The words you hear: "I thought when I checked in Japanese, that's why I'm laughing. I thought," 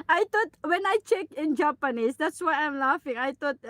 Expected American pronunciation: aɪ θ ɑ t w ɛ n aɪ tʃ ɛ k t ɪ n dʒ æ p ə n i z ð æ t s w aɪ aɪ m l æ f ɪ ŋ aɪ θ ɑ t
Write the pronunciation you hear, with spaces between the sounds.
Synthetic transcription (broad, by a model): aɪ t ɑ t w ɛ n aɪ tʃ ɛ k ɪ n dʒ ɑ p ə n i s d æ t s w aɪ aɪ m l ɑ f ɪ ŋ aɪ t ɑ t